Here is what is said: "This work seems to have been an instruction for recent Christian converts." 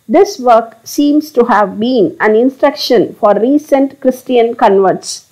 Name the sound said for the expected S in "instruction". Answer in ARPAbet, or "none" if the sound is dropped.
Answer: S